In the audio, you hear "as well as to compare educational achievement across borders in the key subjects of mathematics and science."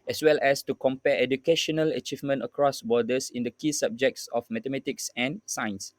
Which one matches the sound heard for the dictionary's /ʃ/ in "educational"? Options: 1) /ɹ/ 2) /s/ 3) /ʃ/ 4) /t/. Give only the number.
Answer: 3